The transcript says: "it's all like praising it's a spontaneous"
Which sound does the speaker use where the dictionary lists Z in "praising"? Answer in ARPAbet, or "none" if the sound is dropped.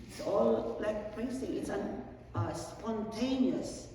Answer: S